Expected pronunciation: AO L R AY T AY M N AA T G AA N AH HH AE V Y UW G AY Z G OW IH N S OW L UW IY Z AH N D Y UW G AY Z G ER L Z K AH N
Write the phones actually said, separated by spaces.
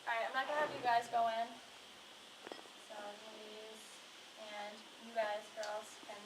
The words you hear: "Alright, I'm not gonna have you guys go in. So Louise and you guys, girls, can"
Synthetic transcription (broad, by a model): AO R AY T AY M L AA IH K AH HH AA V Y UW G AY Z G OW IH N S OW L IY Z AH N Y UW G AY Z G ER L Z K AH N